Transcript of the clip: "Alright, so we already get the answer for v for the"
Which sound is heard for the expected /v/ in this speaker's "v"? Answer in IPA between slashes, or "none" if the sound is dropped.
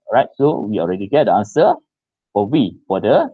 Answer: /w/